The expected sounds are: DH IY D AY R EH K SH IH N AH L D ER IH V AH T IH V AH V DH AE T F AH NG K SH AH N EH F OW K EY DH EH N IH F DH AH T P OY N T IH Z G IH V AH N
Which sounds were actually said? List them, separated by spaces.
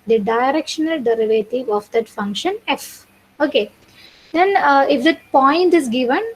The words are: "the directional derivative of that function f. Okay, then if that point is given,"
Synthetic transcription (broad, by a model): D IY D AY R EH K SH IH N AH L D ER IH V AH T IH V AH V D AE T F AH NG K SH AH N EH F OW K EY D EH N IH F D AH T P OY N T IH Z G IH V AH N